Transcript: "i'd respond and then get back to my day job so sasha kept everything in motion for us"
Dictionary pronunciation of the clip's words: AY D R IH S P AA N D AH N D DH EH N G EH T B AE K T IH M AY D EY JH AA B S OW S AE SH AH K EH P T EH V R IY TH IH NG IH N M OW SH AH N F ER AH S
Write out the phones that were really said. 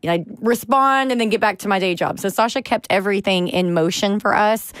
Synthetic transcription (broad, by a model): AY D R IH S P AA N D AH N DH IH N G EH T B AE K T IH M AY D EY JH AA B S OW S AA SH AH K EH P T EH V R IY TH IH NG IH N M OW SH AH N F ER AH S